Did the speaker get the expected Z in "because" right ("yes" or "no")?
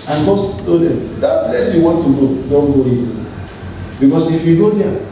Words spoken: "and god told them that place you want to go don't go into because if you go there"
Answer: no